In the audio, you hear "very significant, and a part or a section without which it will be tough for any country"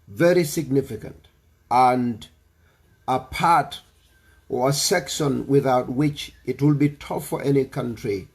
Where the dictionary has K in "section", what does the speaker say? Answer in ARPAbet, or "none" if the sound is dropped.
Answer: K